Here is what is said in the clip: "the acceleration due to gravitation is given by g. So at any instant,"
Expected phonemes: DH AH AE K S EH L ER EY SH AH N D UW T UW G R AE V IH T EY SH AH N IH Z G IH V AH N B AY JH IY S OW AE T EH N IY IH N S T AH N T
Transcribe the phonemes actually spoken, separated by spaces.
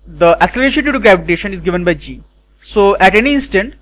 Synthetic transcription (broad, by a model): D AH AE S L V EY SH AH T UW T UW G R AE V IH T EY SH AH N IH Z G IH V AH N B AY JH IY S OW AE T EH N IY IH N S T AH N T